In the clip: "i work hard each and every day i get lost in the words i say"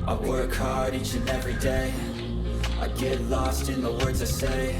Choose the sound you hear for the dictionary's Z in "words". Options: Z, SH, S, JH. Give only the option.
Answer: Z